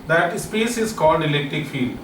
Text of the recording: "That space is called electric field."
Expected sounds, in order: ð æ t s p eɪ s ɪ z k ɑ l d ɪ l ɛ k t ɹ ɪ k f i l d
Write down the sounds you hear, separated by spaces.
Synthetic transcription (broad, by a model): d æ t s p eɪ s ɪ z k ɑ l d ɪ l ɛ k t ɹ ɪ k f i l d